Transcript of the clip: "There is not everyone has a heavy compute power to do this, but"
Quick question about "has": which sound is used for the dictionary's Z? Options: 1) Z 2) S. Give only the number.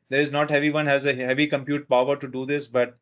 1